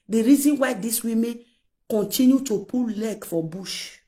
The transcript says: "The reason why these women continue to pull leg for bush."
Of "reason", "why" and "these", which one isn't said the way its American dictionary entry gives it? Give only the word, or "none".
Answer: these